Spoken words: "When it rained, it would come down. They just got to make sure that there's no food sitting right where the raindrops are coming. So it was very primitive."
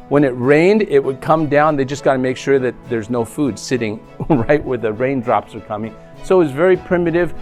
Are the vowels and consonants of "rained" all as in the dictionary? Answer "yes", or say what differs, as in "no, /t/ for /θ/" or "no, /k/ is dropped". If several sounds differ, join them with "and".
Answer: yes